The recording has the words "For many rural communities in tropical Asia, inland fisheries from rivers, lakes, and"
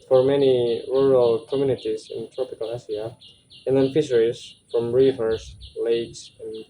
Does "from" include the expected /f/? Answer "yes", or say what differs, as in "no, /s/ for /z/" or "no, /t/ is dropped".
yes